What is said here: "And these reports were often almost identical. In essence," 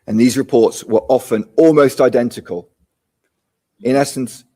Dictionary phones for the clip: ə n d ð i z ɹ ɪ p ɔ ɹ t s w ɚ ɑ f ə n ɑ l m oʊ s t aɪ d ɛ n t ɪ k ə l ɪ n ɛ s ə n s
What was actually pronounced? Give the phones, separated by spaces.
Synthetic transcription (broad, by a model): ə n ð i z ɹ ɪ p ɔ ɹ t s w ɚ ɑ f ə n ɑ l m oʊ s t aɪ d ɛ n t ɪ k ə l ɪ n ɛ s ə n s